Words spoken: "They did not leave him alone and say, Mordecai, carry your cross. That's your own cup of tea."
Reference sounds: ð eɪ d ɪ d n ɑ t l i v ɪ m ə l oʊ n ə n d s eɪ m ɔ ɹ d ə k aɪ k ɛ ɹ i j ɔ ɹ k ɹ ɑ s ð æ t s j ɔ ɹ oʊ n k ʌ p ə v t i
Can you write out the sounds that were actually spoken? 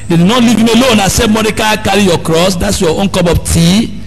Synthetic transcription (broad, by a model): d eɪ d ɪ n ɑ t l i v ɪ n ə l oʊ n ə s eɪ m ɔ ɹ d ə k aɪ k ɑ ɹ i j ɔ k ɹ ɑ s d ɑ t s j ɔ oʊ n k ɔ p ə p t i